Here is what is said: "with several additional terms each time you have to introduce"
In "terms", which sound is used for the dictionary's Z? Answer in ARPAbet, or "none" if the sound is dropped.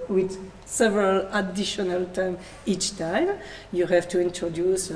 none